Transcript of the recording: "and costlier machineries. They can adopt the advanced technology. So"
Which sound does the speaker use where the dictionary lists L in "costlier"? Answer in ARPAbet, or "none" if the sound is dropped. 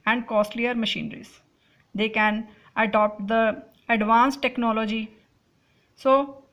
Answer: L